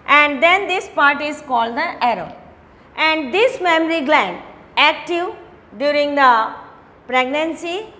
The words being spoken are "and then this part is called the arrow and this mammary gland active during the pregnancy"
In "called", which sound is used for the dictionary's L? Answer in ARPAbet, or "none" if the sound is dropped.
L